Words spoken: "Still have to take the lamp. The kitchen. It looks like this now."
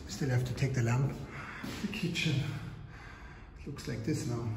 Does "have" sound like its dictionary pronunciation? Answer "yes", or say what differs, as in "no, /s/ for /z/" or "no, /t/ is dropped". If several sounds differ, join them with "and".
no, /f/ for /v/